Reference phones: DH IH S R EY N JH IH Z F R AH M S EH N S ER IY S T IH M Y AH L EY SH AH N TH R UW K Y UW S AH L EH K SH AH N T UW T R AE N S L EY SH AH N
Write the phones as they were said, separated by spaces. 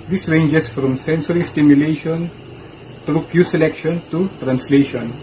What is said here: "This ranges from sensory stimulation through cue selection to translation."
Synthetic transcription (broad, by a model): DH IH S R EY N JH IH S F R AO M S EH N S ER IY S T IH M Y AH L EY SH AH N T R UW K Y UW S AH L EH K SH AH N T UW T R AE N S L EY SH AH N